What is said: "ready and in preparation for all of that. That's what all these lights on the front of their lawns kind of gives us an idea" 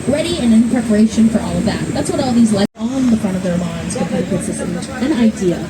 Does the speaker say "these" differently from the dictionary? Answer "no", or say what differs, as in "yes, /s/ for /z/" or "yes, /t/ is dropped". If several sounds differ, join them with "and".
no